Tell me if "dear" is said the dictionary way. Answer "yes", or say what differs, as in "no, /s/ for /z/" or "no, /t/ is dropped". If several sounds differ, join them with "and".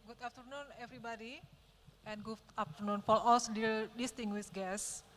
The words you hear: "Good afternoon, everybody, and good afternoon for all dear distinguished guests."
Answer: no, /l/ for /ɹ/